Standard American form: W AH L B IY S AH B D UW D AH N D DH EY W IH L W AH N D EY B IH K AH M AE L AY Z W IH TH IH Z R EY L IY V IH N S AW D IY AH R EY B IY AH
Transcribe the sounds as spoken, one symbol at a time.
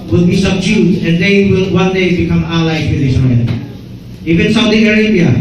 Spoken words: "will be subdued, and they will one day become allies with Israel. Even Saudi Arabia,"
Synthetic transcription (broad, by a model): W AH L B IY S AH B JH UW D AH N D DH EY W IH L W AH N D EY B IH K AH M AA L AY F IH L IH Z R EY N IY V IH N S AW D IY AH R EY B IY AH